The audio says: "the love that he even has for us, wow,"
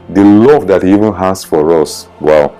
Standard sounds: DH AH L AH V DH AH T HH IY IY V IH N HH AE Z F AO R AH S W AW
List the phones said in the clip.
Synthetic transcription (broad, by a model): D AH L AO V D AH T HH IY IY V IH N HH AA S F AO R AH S W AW